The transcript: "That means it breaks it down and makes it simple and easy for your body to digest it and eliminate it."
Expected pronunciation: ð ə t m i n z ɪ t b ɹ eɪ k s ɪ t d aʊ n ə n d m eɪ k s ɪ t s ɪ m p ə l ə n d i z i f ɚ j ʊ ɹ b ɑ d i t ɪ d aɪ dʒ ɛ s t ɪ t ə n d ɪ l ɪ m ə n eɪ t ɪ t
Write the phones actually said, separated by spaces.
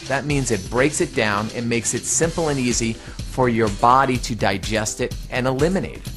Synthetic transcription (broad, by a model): ð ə t m i n z ɪ t b ɹ eɪ k s ɪ t d aʊ n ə n m eɪ k s ɪ t s ɪ m p l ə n i z i f ɚ j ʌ ɹ b ɑ d i t ɪ d aɪ dʒ ɛ s t ɪ t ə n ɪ l ɪ m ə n eɪ ɪ t